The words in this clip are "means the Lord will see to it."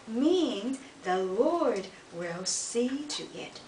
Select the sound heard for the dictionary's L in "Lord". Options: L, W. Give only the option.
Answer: L